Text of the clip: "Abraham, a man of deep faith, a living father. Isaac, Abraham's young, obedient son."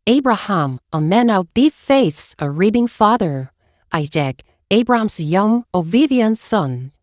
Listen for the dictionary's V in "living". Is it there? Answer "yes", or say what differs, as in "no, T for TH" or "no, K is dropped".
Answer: no, B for V